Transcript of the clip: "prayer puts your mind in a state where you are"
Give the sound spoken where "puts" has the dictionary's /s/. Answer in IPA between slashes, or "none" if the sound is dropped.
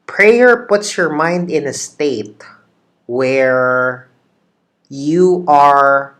/s/